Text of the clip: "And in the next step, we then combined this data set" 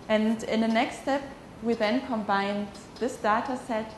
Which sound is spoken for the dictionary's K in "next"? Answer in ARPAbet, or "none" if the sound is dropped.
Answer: K